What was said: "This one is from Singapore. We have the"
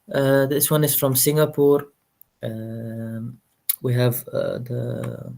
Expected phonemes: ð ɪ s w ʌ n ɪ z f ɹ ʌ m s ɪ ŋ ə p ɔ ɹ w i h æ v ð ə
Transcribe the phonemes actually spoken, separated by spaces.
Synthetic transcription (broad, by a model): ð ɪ s w ʌ n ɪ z f ɹ ʌ m s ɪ ŋ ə p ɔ ɹ w i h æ v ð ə